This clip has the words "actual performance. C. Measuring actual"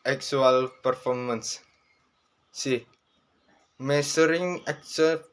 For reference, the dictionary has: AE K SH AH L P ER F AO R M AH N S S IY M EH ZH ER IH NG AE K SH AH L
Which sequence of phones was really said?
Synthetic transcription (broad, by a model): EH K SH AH L P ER F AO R M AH N S S IY M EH S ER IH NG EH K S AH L